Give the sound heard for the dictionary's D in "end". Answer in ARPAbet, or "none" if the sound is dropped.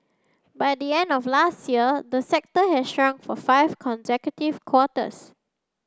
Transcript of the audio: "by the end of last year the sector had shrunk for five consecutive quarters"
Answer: D